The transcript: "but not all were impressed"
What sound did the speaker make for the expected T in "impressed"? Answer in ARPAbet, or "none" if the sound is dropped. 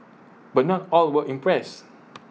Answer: none